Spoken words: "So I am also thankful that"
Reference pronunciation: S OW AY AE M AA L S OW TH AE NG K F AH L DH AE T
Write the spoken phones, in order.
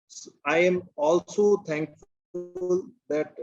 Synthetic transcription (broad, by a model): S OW AY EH M AA L S OW T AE NG K F L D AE T